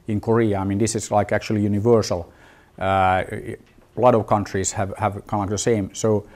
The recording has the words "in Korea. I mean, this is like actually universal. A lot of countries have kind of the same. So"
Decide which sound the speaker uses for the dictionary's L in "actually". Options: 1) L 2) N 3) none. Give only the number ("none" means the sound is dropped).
1